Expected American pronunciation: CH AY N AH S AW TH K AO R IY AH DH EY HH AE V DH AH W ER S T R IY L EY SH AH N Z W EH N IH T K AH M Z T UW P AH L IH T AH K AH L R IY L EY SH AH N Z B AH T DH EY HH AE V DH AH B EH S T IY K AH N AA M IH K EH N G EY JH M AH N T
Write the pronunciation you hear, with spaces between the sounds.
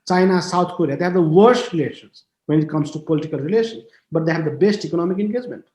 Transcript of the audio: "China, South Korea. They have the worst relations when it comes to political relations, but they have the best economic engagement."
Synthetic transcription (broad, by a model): CH AY N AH S AW T K AO R IY AH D EY HH AE V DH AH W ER S T R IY L EY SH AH N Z W EH N IH T K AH M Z T UW P AH L IH T AH K AH L R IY L EY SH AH N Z B AH T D EY HH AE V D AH B EH S T IY K AH N AA M IH K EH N G EY JH M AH N T